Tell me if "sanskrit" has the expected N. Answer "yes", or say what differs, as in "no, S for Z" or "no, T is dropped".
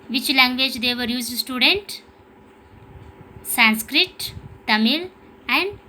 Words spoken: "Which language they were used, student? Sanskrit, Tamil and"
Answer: yes